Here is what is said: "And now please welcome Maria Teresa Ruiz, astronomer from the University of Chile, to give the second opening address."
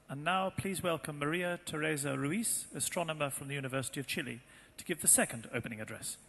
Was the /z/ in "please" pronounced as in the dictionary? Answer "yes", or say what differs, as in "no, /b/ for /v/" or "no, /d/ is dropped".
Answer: yes